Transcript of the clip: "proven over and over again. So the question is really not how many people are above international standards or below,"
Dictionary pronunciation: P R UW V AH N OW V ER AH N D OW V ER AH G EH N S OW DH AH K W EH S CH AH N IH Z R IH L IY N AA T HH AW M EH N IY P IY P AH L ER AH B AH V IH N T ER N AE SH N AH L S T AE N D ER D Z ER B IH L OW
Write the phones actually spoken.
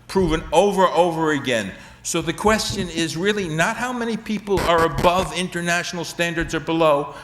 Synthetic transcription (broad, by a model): P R UW V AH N OW V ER AH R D OW V ER AH G EH N S OW DH AH K W EH S CH AH N IH Z R IH L IY N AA T HH AW M EH N IY P IY P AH L ER AH B AH V IH N T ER N AE SH N L S T AE N D ER D Z ER B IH L OW